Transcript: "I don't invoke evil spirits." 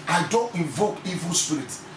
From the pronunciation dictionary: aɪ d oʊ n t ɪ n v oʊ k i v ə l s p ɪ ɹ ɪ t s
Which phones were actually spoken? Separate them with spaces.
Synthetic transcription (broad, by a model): aɪ d oʊ n t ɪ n v oʊ k i v ə l s p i ɹ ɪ t